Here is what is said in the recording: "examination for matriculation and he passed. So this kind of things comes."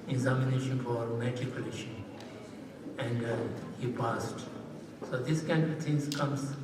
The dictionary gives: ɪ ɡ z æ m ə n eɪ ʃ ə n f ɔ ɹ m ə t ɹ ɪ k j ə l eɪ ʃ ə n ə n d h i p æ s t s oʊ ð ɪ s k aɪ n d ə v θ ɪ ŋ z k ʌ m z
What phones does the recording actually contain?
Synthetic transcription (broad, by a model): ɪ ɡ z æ m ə n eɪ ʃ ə n f ɔ ɹ m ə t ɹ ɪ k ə l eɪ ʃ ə ə n d h i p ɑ s t s oʊ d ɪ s k aɪ n d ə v t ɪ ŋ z k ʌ m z